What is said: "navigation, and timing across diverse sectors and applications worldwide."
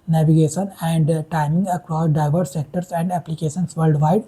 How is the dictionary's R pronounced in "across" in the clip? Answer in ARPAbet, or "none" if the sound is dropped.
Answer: R